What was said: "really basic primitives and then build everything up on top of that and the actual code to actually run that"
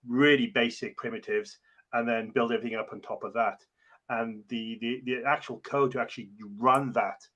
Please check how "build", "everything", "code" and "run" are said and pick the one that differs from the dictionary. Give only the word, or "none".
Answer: none